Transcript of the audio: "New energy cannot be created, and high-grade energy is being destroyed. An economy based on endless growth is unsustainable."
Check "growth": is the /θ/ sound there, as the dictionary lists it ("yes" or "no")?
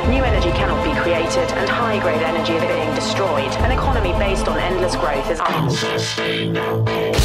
yes